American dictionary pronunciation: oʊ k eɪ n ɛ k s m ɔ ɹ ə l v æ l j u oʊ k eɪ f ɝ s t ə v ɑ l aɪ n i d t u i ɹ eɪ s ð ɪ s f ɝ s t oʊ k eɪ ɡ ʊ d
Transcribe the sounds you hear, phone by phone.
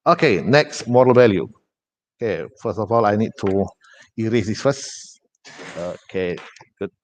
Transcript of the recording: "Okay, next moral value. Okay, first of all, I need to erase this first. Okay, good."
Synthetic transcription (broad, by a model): oʊ k eɪ n ɛ k s m ɔ ɹ ə l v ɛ l j u oʊ k eɪ f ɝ s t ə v ɑ l aɪ n i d t u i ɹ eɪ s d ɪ s f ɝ s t oʊ k eɪ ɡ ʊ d